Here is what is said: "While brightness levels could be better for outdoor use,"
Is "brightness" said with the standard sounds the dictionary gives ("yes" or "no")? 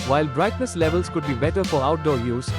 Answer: yes